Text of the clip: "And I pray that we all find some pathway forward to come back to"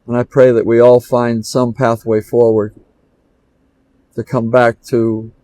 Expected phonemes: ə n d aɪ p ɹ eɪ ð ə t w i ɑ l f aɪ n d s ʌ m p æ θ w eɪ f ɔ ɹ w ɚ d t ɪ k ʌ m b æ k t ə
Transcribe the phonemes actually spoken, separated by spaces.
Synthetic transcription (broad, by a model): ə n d aɪ p ɹ eɪ ð ə t w i ɑ l f aɪ n d s ʌ m p æ θ w eɪ f ɔ ɹ w ɚ d t ɪ k ʌ m b æ k t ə